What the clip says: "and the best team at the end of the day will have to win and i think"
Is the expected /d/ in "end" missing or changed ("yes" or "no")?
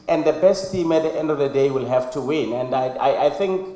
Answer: no